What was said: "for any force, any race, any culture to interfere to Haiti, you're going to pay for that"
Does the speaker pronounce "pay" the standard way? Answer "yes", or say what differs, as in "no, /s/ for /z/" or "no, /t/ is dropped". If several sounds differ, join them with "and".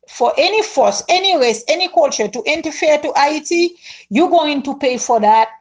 yes